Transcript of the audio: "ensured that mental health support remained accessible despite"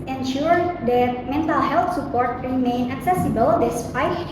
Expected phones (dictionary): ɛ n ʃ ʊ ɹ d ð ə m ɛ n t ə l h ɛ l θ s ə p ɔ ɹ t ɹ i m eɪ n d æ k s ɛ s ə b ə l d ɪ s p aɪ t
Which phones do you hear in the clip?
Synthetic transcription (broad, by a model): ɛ n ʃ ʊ ɹ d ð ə m ɛ n t ə l h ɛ l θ s ə p ɔ ɹ t ɹ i m eɪ n æ k s ɛ s ə b ə l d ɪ s p aɪ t